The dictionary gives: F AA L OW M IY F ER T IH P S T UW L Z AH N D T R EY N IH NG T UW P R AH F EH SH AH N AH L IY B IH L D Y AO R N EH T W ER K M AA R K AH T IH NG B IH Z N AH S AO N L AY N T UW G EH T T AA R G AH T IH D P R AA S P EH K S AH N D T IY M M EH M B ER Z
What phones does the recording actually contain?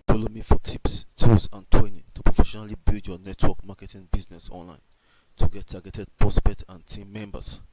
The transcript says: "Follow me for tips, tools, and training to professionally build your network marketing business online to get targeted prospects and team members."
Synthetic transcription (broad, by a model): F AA L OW M IY F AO T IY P S T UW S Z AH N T W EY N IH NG T UW P R AH F EH SH AH N AH L IY B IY L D Y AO N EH T W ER K M AA K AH T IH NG B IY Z N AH S AO N L AY N T UW G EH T T AA G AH T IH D P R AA S P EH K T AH N T IY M M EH M B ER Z